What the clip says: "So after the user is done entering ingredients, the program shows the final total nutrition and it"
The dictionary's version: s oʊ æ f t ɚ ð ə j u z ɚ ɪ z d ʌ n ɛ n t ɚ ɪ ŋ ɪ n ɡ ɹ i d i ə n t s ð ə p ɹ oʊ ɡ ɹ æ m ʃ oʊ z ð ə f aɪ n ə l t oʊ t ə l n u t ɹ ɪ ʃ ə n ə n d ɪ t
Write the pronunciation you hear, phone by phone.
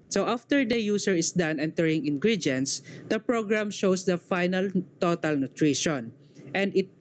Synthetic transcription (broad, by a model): s oʊ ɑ f t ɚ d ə j u s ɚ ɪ s d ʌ n ɛ n t ɚ ɪ ŋ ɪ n ɡ ɹ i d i n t s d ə p ɹ oʊ ɡ ɹ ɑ m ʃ oʊ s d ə f aɪ n ə l t oʊ t ə l n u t ɹ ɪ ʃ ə n ə n d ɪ t